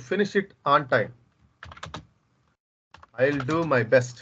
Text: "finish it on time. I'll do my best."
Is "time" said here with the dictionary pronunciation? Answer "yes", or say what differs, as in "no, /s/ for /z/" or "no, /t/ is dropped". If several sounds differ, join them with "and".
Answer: yes